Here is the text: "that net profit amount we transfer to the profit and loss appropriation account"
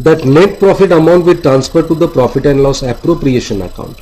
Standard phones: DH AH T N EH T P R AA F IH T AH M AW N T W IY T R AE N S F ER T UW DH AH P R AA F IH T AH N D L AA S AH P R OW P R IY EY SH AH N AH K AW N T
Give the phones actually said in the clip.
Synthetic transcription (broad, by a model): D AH T N EH T P R AA F IH T AH M AW N T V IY T R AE N S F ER T UW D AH P R AA F IH T AH N D L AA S AH P R OW P R IY EY SH AH N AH K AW N T